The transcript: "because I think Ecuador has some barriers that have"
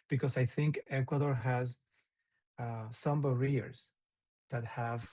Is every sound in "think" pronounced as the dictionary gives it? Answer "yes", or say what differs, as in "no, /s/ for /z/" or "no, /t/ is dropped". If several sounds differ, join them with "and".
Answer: yes